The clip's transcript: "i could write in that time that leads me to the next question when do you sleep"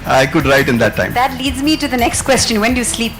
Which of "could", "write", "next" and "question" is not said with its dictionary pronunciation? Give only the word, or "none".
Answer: none